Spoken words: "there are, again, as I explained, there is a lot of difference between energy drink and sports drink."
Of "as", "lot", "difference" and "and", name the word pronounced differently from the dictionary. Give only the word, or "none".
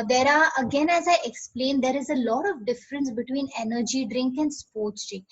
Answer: none